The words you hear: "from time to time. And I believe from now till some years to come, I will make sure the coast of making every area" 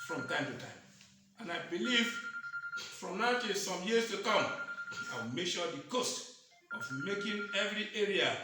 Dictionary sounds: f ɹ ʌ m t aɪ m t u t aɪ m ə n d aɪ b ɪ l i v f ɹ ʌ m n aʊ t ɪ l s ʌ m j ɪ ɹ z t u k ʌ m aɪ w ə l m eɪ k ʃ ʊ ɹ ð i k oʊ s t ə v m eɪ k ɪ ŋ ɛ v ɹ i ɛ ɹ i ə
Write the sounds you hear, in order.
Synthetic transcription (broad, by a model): f ɹ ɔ m t aɪ m t u t aɪ m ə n aɪ b ɪ l i v f ɹ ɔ m n aʊ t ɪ s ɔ m j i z t u k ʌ m aɪ w ə l m eɪ k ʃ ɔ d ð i k oʊ s t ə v m eɪ k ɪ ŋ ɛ v ɹ i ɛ ɹ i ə